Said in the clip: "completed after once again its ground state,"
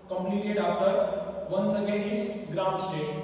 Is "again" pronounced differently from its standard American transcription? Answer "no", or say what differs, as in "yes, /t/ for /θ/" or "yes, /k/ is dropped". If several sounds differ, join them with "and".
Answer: yes, /n/ is dropped